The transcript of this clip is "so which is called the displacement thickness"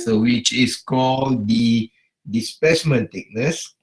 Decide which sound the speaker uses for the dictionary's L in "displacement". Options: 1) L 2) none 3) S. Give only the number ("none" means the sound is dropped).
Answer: 2